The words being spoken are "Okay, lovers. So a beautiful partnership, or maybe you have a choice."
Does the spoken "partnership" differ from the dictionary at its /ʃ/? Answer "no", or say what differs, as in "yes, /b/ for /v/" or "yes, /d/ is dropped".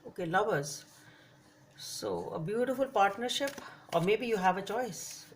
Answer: no